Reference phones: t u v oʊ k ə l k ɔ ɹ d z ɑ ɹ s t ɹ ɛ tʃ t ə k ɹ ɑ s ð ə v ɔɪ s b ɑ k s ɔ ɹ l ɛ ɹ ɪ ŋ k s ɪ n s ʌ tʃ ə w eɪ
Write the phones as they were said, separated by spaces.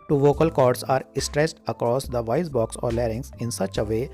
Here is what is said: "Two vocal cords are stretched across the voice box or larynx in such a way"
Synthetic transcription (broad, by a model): t u v oʊ k ə l k ɔ ɹ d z ɑ ɹ s t ɹ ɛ s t ə k ɹ ɑ s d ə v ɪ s b ɑ k s ɔ ɹ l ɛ ɹ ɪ ŋ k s ɪ n s ʌ tʃ ə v eɪ